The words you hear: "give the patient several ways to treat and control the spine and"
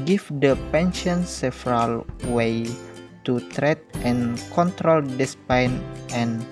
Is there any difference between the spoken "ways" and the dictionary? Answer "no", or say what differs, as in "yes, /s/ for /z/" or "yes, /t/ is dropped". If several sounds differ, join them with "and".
yes, /z/ is dropped